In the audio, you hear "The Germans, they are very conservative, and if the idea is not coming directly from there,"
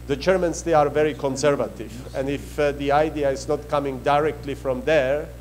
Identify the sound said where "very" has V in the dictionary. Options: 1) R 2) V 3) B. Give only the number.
2